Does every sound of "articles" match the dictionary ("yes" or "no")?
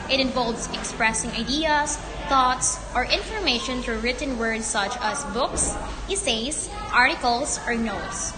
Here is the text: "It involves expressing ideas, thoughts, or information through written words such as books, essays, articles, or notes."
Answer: no